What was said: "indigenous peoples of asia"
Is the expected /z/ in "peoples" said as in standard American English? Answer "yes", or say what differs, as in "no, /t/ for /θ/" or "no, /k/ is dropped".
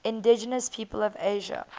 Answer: no, /z/ is dropped